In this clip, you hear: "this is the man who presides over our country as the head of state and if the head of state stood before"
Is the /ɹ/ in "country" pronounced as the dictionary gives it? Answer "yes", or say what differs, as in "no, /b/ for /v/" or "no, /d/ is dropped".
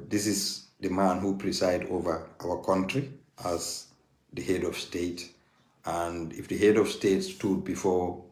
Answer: yes